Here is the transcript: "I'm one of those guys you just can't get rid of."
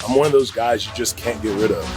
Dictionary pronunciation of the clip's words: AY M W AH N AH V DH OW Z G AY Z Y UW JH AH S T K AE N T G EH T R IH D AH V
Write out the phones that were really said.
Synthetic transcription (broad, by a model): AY M W AH N AH V DH OW Z G AY Z Y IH JH AH S K AE N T G EH T R IH D AH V